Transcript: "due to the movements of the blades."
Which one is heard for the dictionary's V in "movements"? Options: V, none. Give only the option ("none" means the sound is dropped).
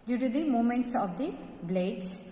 none